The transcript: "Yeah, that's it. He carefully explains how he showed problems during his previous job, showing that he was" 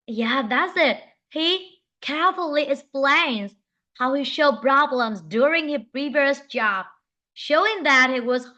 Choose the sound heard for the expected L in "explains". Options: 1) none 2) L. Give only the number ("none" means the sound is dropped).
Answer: 2